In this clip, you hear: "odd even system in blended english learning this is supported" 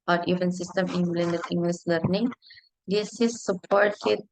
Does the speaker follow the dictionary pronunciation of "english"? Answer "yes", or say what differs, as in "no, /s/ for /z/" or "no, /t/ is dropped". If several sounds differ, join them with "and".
no, /s/ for /ʃ/